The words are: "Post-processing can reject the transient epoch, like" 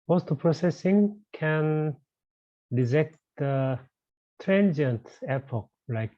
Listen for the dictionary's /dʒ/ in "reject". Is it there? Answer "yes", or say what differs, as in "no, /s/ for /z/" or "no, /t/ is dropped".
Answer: no, /z/ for /dʒ/